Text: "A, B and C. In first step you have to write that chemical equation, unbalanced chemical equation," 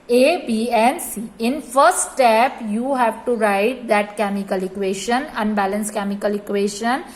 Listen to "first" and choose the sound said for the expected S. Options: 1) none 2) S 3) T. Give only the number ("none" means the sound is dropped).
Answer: 1